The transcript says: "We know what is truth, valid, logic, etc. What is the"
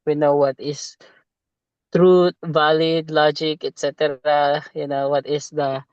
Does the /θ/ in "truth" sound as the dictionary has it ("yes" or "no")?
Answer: no